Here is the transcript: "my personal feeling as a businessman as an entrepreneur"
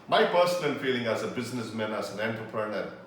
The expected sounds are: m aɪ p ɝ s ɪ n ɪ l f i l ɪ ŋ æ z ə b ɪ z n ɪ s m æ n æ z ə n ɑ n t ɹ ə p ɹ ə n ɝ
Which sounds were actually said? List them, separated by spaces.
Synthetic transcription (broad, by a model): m aɪ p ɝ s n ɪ n f i l ɪ ŋ æ z ə b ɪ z n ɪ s m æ n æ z ə n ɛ n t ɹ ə p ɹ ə n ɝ